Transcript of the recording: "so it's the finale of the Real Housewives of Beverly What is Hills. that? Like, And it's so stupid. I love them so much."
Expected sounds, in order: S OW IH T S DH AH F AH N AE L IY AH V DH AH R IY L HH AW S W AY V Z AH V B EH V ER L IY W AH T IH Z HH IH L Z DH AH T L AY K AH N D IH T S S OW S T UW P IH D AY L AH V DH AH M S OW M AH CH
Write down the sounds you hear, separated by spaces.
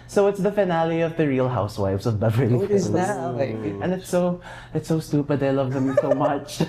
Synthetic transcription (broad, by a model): S OW IH T S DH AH F AH N AE L IY AH V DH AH R IY L HH AW S W AY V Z AH V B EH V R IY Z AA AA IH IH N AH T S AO AH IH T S S OW S T UW P IH D AY L AH V DH AH M S OW M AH CH